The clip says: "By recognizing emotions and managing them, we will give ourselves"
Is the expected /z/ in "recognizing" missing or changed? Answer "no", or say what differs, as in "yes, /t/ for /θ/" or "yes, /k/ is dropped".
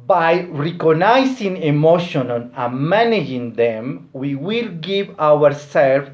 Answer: yes, /s/ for /z/